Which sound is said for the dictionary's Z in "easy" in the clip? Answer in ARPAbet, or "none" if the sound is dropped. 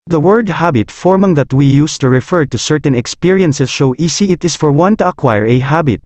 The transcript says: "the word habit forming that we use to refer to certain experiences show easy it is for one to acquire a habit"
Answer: S